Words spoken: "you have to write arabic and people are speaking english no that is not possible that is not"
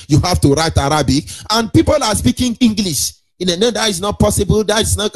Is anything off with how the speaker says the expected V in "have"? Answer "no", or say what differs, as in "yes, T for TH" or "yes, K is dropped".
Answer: yes, F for V